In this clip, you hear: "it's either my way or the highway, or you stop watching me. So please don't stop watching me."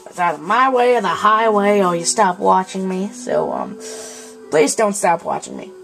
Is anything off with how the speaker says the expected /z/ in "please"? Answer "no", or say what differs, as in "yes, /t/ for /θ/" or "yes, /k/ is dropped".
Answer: no